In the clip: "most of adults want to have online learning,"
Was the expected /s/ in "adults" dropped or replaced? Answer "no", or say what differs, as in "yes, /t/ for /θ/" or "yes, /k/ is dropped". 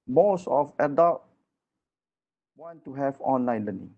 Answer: yes, /s/ is dropped